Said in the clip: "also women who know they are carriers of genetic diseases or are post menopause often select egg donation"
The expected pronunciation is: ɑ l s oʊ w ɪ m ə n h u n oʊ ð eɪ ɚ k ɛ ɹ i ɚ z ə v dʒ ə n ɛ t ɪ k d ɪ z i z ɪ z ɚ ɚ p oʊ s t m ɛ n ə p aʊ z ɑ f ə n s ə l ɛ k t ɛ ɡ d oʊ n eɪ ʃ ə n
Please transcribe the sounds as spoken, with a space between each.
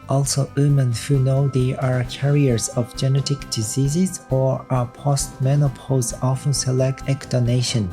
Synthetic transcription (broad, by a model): ɑ l s oʊ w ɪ m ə n h u n oʊ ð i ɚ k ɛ ɹ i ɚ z ə v dʒ ə n ɛ t ɪ k d ɪ z i z ɪ z ɚ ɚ p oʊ s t m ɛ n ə p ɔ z ɑ f ə n s ə l ɛ k t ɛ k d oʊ n eɪ ʃ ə n